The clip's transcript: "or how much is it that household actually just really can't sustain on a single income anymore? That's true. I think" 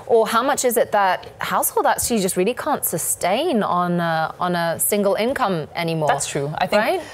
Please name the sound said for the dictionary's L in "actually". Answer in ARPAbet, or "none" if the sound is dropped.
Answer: none